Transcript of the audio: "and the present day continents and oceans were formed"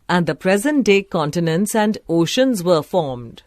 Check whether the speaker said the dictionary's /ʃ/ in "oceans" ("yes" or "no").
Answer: yes